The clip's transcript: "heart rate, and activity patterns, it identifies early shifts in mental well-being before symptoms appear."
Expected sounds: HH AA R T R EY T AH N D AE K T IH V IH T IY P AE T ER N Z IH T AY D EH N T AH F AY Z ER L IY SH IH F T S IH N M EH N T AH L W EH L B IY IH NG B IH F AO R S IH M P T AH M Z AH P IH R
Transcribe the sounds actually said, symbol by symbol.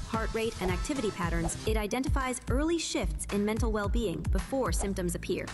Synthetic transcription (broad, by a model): HH AA R T R EY T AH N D AE K T IH V IH T IY P AE T ER N Z IH T AY D EH N T AH F AY Z ER L IY SH IH F T S IH N M EH N T L W EH L B IY IH NG B IH F AO R S IH M P T AH M Z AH P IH R